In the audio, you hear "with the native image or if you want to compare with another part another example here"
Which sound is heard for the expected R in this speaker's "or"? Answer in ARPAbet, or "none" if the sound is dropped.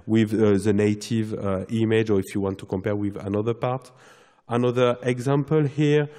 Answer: R